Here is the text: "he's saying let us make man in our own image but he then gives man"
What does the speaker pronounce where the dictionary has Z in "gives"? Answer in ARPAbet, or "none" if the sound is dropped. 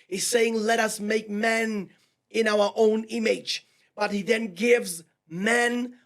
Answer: Z